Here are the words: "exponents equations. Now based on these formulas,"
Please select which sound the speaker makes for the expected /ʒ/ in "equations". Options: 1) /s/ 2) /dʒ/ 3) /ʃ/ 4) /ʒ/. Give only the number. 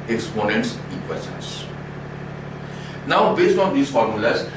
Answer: 1